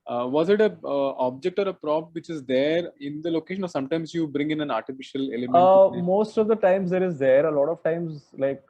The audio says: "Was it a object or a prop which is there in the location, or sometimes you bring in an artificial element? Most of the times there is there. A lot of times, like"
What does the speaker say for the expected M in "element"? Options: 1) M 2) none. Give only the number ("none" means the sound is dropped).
2